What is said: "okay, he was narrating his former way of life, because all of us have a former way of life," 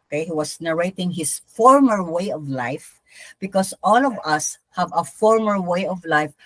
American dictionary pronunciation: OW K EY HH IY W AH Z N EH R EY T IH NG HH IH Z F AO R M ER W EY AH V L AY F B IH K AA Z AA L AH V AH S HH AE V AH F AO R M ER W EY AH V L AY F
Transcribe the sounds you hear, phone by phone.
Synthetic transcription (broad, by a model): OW K EY HH IY W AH S N EH R EY T IH NG HH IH S F AO R M ER W EY AH V L AY F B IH K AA S AA L AH V AH S HH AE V AH F AO R M ER W EY AH V L AY F